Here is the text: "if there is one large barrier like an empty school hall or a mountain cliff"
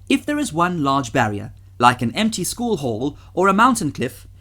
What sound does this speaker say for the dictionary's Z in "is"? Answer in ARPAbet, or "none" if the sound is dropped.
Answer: Z